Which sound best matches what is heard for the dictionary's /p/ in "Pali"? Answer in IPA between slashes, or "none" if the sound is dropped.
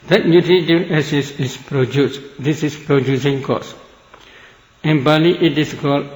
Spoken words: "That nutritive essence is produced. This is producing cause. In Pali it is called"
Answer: /b/